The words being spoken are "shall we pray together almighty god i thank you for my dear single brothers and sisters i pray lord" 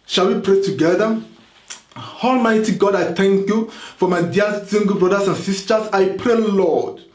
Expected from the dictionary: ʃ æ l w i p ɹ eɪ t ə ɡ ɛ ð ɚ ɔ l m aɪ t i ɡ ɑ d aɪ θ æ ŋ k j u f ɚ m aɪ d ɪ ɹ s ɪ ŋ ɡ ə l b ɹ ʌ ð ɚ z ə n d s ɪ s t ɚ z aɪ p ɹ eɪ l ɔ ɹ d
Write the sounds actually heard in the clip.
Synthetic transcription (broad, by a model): ʃ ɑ l w i p ɹ eɪ t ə ɡ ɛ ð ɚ ɔ l m aɪ t i ɡ ɑ d aɪ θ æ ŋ k j u f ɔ m aɪ d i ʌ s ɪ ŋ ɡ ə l b ɹ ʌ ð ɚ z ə n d s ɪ s t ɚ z aɪ p ɹ eɪ l ɔ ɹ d